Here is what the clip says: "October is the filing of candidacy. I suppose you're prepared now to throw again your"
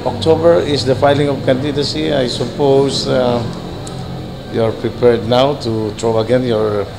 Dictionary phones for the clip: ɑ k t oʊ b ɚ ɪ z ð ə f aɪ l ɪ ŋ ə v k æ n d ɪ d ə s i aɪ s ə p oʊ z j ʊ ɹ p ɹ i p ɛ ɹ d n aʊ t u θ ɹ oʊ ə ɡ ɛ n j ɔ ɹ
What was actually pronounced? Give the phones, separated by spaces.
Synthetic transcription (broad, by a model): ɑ k t oʊ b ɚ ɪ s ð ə f aɪ l ɪ ŋ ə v k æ n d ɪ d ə s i aɪ s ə p oʊ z j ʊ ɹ p ɹ i p ɛ ɹ d n aʊ t u t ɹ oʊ ə ɡ ɛ n j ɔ ɹ